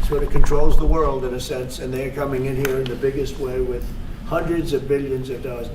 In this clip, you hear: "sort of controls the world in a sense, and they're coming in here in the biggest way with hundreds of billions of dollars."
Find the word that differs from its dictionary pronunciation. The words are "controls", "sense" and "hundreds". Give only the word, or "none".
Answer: none